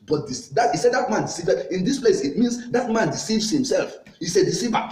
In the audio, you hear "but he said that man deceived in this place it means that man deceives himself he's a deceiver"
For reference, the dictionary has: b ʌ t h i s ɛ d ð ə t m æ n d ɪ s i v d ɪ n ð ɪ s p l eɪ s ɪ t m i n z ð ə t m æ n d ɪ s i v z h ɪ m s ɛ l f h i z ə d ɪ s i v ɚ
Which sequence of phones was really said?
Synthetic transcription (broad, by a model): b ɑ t h i s ɛ d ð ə t m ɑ n d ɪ s i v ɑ ɪ n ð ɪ s p l eɪ s ɪ t m i n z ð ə t m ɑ n d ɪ s i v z h ɪ m s ɛ l f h i s ə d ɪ s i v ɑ